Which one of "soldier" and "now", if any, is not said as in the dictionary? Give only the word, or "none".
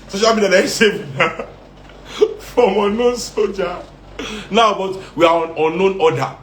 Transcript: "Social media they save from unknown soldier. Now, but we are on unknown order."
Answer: soldier